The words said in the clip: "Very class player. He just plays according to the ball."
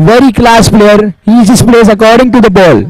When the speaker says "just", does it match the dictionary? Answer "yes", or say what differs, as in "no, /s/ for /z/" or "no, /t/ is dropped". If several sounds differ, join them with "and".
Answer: no, /z/ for /dʒ/